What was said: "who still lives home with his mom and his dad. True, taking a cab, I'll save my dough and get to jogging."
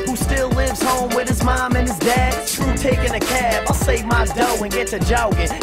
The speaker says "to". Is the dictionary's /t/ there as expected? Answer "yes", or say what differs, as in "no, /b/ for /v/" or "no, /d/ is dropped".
no, /s/ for /t/